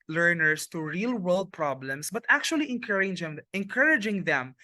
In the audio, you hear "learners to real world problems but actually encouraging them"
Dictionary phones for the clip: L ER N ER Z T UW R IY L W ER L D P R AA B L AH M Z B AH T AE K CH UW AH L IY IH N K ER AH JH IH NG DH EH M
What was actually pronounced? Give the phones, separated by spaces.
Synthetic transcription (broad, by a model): L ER N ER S T UW R IY L W ER L D P R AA B L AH M S B AH T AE K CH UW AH L IY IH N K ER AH JH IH NG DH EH M